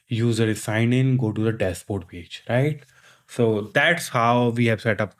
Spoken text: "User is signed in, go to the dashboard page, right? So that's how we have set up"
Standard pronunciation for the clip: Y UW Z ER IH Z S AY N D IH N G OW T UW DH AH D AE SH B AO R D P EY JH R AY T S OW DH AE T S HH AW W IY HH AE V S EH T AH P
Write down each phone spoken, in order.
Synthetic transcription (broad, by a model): Y UW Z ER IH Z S AY N IH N G OW T UW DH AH D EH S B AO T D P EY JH R AY T S OW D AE T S HH AW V IY HH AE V S EH T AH P